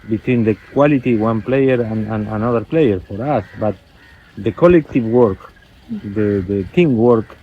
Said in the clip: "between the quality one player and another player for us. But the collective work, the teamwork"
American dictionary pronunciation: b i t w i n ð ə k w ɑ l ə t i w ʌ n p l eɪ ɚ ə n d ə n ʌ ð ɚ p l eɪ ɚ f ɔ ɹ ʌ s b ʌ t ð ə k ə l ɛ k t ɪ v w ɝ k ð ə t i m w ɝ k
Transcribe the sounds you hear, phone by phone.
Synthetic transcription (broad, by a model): b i t w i n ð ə k w ɑ l ə t i w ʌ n p l eɪ ɚ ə n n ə n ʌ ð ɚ p l eɪ ɚ f ɔ ɹ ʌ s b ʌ t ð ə k ə l ɛ k t ɪ v w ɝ k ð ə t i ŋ w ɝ k